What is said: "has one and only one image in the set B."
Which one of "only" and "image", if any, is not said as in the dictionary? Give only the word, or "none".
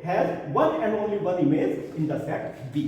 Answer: image